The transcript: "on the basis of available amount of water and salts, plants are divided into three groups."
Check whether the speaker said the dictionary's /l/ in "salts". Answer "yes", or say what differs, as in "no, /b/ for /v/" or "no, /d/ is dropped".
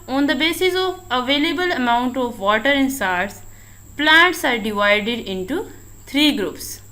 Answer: no, /l/ is dropped